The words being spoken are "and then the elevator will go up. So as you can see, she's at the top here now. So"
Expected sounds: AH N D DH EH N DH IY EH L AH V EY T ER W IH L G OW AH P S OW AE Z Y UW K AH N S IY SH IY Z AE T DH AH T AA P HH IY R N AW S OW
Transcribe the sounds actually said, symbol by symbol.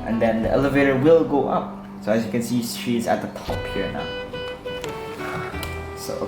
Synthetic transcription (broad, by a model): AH N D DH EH N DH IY EH L AH V EY T ER W IH L G OW AH P S OW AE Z Y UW K AH N S IY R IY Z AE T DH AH T AA P HH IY R N AW S OW